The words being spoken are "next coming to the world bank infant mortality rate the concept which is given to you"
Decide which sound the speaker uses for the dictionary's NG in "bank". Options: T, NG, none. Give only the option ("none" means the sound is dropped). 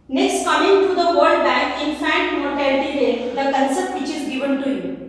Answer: none